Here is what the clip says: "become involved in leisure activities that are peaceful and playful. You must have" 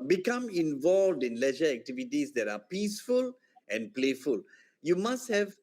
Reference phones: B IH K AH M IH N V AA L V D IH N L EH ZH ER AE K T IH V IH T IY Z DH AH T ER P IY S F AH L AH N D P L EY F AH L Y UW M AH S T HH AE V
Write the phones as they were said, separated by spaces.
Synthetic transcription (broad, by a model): B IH K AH M IH N V AA L V D IH N L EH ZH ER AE K T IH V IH T IY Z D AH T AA P IY S F AH L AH N P L EY F AH L Y UW M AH S T HH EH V